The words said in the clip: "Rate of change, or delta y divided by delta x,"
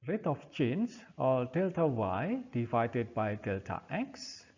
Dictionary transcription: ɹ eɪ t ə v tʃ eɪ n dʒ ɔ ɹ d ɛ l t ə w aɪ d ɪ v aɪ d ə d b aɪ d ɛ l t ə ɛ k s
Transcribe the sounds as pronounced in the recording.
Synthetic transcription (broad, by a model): ɹ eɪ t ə f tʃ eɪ n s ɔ l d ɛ l t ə w aɪ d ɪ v aɪ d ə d b aɪ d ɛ l t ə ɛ k s